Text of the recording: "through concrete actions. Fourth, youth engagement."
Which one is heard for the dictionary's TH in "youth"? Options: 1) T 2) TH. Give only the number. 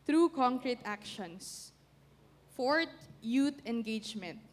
1